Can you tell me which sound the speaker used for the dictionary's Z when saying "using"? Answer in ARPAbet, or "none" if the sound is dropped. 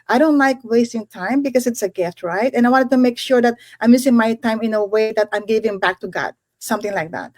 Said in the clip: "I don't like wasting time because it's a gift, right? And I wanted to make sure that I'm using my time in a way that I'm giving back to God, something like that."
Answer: S